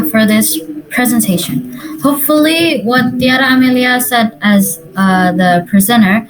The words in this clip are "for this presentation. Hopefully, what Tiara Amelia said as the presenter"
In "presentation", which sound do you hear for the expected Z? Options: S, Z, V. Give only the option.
Z